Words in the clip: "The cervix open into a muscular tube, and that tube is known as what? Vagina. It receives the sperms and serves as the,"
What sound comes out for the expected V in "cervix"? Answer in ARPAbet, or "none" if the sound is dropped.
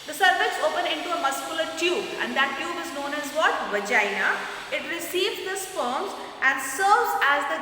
F